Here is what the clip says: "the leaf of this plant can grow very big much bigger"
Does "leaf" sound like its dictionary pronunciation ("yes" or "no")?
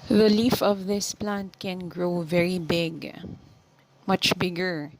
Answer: yes